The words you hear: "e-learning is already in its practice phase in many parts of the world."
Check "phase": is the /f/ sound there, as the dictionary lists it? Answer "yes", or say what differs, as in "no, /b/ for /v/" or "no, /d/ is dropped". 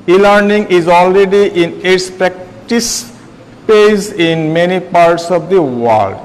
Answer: no, /p/ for /f/